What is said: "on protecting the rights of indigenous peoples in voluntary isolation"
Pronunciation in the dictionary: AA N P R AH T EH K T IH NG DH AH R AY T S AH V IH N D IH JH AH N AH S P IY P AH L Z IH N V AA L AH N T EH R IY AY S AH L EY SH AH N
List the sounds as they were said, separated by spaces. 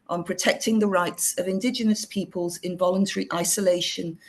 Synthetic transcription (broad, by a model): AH N P R AH T EH K T IH NG DH AH R AY T S AH V IH N D IH JH AH N AH S P IY P AH L Z IH N V AA L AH N T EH R IY AY S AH L EY SH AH N